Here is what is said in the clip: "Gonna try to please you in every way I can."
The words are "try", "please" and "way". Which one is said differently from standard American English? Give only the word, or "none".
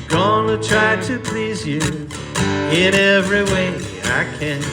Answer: none